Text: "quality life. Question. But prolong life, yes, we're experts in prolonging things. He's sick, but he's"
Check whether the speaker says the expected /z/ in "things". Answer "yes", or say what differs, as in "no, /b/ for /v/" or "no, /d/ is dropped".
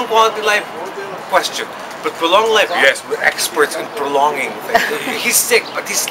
no, /z/ is dropped